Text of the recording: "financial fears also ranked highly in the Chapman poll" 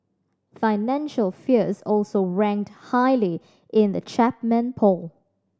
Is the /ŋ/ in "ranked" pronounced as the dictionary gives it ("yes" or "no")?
yes